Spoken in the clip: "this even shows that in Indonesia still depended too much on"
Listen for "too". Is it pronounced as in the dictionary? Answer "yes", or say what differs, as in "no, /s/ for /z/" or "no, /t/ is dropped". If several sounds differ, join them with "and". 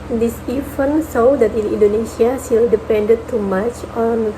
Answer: yes